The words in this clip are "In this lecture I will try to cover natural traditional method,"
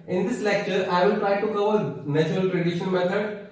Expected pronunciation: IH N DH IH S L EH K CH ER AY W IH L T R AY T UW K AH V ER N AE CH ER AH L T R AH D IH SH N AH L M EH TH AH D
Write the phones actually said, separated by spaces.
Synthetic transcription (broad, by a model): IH N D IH S L EH K CH ER AY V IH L T R AY T UW K AH V ER N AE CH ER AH L T R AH D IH SH AH N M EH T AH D